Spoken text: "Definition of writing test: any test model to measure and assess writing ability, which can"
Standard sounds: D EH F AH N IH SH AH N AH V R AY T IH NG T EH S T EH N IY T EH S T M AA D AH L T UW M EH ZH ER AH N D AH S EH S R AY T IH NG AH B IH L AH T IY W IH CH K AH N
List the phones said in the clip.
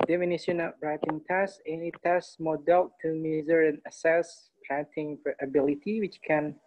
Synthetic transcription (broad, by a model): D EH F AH N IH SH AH N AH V R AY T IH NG T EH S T EH N IY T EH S M AA D AH L T UW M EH Z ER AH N AH S EH S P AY T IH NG AH B IH L AH T IY W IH CH K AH N